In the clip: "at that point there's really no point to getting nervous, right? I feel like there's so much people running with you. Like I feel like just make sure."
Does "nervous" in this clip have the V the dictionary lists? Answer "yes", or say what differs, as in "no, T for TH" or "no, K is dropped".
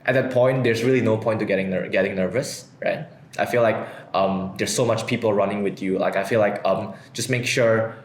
yes